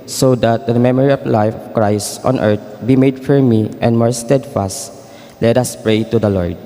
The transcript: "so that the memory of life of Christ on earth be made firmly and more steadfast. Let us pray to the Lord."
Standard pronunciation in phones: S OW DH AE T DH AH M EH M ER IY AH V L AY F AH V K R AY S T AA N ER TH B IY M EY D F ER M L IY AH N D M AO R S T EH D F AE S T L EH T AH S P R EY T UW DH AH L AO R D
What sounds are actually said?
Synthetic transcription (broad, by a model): S OW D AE T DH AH M EH M ER IY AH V L AY F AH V K R AY S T AA N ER T B IY M EY D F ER M IY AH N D M AO R S T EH D F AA S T L EH T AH S P R EY T UW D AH L AO R D